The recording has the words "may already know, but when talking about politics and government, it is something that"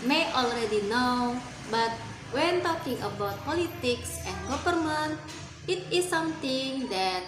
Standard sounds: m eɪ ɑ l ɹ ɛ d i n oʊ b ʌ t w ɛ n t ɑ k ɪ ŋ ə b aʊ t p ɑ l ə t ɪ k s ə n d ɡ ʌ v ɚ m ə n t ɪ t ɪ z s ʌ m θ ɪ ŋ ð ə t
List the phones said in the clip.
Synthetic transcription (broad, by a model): m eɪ ɑ l ɹ ɛ d i n oʊ b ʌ t w ɛ n t ɑ k ɪ ŋ ə b aʊ t p ɑ l ə t ɪ k s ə n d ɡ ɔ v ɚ m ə n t ɪ t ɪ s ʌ m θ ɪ ŋ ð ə t